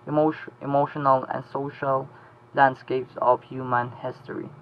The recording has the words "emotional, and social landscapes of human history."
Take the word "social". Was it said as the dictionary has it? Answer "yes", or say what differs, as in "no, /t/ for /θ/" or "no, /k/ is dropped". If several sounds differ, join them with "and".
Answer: yes